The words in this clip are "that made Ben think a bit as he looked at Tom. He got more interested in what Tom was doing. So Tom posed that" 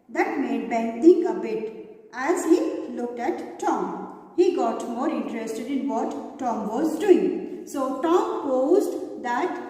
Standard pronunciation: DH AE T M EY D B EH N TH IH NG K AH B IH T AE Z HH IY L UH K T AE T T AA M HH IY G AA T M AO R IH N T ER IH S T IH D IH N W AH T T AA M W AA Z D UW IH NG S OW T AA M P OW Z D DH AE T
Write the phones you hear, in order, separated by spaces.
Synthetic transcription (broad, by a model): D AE T M EY D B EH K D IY K AH B IH T AE Z HH IY L UH K T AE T T AA M HH IY G AA T M AO R IH N T ER IH S T IH D IH N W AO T T AA M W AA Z D UW IH NG S OW T AA M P OW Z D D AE T